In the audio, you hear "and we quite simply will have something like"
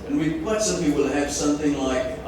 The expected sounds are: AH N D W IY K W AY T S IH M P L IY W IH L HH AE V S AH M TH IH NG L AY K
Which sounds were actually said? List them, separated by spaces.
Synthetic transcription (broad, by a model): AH N W IY K W AY T S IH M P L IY W IH L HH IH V S AH M TH IH NG L AY K